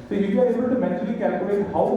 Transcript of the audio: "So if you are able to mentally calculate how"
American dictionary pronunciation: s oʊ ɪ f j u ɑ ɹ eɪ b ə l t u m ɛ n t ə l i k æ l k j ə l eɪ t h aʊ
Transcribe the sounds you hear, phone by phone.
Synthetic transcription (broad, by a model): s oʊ j u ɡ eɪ ə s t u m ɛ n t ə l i k æ l k j ə l eɪ t h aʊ